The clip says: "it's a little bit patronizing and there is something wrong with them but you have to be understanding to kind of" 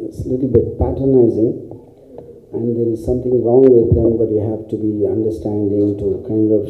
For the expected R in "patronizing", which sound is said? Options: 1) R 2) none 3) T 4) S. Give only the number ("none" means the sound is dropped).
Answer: 2